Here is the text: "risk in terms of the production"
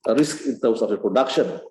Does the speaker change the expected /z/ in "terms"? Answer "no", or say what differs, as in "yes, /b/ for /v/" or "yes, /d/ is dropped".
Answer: yes, /s/ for /z/